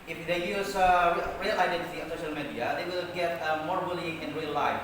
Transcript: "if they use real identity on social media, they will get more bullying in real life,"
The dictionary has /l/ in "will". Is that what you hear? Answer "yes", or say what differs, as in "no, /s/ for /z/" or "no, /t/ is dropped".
yes